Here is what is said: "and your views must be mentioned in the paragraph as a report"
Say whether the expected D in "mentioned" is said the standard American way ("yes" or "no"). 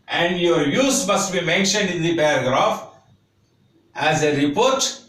yes